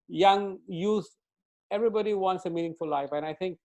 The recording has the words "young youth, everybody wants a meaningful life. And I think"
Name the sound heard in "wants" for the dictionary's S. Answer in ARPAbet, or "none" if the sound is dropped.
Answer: S